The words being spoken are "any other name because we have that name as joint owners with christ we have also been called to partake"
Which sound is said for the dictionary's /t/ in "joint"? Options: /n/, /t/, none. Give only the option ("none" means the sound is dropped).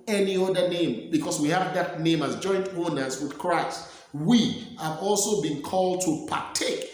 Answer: /t/